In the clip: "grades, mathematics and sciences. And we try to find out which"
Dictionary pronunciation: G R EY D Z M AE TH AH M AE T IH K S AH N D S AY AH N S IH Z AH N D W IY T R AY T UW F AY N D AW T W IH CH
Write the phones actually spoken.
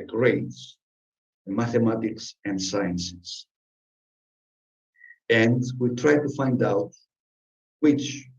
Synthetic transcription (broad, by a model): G R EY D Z M AE TH AH M AE T IH K S AH N D S AY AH N S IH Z AH N D W IY T R AY T UW F AY N D AW T W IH CH